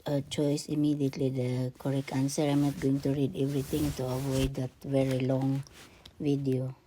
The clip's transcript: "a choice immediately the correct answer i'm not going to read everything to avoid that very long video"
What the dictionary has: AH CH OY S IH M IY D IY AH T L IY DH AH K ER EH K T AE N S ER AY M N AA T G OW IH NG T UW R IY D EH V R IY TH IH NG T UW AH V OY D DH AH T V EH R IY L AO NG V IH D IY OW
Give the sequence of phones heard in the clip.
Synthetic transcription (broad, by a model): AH CH OY S IH M IY D IY AH T L IY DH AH K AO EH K AA N S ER AY M N AA T G OW IH NG T UW R IY D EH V R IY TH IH NG T UW AH V OY D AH T V EH R IY L AO NG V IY D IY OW